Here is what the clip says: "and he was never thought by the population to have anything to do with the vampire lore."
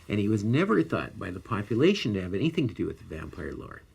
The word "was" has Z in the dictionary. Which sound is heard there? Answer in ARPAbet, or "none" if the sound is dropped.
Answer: Z